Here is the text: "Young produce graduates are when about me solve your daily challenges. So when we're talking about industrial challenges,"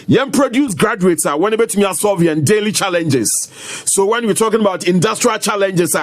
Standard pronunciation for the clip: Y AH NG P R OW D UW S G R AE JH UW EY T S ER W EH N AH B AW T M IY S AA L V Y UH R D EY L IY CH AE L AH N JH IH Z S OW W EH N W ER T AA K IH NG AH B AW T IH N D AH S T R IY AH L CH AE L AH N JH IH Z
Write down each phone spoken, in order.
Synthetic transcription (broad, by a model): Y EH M P R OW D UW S G R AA JH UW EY T S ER W EH N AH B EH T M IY S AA V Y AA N D EY L IY CH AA L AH N JH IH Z S OW W EH N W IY T AA K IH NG AH B AW T IH N D AH S T R IY AH L CH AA L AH N JH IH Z